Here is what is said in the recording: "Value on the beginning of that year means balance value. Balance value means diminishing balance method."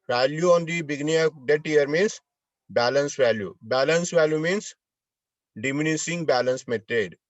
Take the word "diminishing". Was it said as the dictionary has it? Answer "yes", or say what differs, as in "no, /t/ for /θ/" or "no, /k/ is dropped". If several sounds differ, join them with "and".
no, /s/ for /ʃ/